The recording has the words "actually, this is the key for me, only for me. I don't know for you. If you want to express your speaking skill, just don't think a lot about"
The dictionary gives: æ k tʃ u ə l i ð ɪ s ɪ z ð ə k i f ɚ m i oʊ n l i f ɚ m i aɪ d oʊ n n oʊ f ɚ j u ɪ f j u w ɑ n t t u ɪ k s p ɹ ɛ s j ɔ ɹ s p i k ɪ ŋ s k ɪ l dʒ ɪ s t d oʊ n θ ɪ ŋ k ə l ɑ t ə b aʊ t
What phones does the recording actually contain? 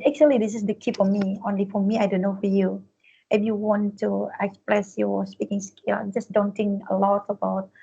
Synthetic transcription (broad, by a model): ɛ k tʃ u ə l i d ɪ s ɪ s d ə k i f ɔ m i oʊ n l i f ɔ m i aɪ d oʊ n n oʊ f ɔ j u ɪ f j u w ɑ n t t u ɪ k s p ɹ ɛ s j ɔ s p i k ɪ ŋ s k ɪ dʒ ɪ s d oʊ n t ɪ ŋ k ə l ɑ t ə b aʊ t